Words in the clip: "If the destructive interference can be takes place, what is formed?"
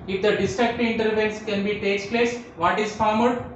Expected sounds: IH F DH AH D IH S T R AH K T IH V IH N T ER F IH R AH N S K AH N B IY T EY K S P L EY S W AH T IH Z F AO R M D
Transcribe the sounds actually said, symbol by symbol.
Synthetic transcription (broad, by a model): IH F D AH D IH S T R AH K T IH IH N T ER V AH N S K AH N B IY T EY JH P L EY S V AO T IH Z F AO R M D